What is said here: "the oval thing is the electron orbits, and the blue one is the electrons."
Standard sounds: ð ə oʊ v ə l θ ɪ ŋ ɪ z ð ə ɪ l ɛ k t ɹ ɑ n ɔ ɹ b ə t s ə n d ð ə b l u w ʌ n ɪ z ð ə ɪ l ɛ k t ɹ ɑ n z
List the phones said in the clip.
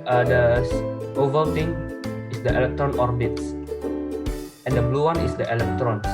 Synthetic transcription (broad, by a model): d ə oʊ v ə l t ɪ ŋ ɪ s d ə ɪ l ɛ k t ɹ ɑ n ɔ ɹ b ə t s ə n d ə b l u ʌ n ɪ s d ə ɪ l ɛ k t ɹ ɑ n